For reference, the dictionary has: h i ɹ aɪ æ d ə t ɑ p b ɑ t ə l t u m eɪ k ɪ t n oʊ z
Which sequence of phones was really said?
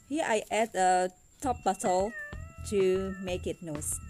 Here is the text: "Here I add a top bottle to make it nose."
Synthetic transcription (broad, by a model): h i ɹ aɪ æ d ə t ɑ p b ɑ s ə l t u m eɪ k ɪ t n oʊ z